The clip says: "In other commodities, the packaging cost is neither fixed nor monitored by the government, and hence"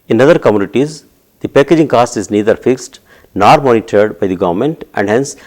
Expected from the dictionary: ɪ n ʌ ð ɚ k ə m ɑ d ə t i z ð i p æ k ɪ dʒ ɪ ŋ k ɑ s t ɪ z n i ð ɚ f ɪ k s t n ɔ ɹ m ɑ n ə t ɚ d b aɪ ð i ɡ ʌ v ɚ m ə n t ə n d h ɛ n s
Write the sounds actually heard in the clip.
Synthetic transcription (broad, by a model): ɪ n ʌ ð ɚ k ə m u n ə t i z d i p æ k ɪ dʒ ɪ ŋ k ɑ s t ɪ z n i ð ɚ f ɪ k s t n ɔ ɹ m ɑ n ə t ɚ d b aɪ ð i ɡ ʌ v ɚ m ə n t ə n d h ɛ n s